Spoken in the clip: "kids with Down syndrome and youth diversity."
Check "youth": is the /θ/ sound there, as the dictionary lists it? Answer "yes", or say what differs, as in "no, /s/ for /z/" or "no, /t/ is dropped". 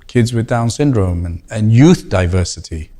yes